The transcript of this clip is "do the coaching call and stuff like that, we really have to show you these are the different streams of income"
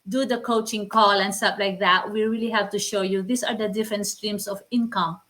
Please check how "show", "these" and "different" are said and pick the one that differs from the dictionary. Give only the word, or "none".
these